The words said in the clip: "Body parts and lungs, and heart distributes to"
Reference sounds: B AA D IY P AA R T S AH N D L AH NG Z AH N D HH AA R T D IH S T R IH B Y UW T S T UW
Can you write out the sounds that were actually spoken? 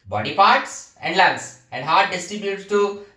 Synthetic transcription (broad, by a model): B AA D IY P AA R T S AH N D L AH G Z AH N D HH AA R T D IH S T IH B Y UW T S T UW